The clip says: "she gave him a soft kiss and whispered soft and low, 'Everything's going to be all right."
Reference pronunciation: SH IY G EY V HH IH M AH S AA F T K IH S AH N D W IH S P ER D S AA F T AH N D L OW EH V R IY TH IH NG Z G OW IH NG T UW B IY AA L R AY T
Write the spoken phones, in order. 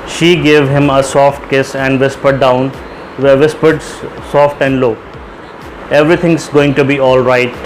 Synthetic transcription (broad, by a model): SH IY G EY V HH IH M AH S AA F T K IH S AH N D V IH S P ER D S AA F T AH N D L OW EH V R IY T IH NG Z G OW IH NG T UW B IY AA L R AY T